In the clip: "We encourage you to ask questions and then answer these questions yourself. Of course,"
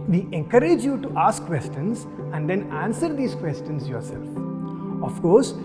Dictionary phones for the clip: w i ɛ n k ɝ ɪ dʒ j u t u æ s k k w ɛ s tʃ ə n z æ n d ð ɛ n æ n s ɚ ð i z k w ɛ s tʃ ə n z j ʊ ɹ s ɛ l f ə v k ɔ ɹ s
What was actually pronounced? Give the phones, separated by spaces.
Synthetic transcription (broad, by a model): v i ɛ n k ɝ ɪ dʒ j u t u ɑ s k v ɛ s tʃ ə n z æ n d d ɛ n æ n s ɚ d i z k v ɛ s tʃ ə n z j ʊ ɹ s ɛ l f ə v k ɔ ɹ s